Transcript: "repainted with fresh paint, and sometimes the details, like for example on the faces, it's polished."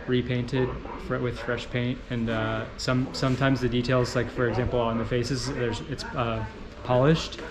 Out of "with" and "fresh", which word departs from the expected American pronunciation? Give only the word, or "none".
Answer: none